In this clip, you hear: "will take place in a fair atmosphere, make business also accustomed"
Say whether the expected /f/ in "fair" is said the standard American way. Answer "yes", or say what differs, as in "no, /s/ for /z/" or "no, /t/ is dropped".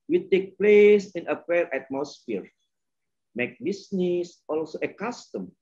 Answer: no, /p/ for /f/